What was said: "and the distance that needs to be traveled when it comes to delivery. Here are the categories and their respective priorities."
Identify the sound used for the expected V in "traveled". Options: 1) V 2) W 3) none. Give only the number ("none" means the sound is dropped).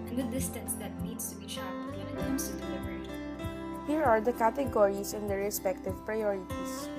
3